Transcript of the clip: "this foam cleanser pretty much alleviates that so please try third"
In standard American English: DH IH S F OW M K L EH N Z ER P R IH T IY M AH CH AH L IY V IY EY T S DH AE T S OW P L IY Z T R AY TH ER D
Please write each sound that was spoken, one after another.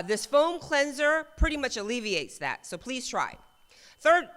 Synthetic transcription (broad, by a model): DH IH S F OW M K L EH N Z ER P R IH T IY M AH CH AH L IY V IY EY T S DH AE T S OW P L IY Z T R AY TH ER D